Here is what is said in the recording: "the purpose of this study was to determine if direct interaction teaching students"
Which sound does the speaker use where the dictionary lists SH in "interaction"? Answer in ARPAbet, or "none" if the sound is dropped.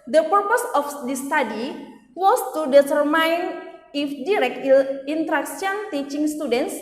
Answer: S